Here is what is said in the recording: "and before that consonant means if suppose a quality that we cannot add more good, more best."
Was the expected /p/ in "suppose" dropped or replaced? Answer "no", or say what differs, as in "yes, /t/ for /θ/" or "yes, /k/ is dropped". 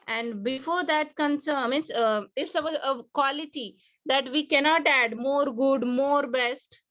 yes, /p/ is dropped